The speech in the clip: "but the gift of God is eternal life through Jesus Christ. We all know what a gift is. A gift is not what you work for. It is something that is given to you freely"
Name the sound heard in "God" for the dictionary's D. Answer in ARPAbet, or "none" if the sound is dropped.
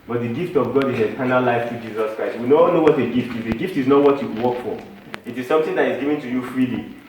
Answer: D